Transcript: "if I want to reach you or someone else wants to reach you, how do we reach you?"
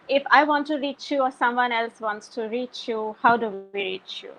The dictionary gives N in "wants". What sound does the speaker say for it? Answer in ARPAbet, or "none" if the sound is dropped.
N